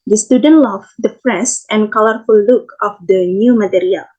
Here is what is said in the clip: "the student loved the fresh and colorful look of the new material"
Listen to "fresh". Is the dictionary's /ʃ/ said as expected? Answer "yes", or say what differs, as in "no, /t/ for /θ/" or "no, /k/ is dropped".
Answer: no, /s/ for /ʃ/